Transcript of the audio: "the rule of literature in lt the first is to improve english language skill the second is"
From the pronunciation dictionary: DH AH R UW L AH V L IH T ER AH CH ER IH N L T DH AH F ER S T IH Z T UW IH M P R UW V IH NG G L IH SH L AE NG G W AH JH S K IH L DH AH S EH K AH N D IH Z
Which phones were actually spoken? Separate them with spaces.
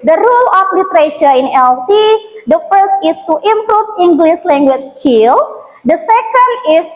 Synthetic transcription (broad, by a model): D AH R UW L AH F L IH T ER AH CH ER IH N L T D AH F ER S T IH S T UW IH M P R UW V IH NG G L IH S L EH NG G W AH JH S K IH L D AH S EH K AH N D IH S